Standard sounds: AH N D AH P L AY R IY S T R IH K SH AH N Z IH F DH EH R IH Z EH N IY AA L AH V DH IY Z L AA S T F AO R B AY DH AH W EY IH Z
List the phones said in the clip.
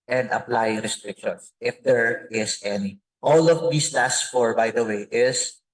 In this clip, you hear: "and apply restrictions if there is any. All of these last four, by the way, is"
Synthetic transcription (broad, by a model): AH N D AH P L AY R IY S T R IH K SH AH N S IH F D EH R IH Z EH N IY AA L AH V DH IY S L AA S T F AO R B AY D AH W EY IH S